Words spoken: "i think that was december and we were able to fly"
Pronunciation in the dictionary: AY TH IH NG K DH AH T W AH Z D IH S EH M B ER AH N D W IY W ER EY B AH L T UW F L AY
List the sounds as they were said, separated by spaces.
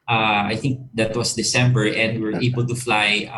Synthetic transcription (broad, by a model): AY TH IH NG K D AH T W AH S D IH S EH M B ER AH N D W IY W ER EY B AH L T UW F L AY